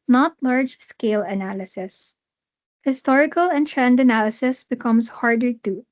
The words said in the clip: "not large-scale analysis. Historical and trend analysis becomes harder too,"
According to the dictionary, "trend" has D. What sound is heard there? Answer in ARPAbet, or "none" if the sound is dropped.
D